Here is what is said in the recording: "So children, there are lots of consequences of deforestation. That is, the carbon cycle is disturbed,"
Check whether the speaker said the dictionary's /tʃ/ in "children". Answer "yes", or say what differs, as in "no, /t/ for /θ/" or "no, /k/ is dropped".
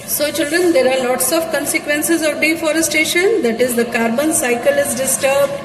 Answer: yes